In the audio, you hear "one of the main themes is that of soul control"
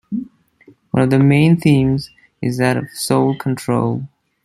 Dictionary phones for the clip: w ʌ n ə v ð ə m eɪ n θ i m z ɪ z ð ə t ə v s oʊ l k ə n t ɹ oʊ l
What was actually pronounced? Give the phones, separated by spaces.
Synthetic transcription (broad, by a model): w ʌ n ə v ð ə m eɪ n θ i m z ɪ z ð ə t ə v s oʊ l k ə n t ɹ oʊ l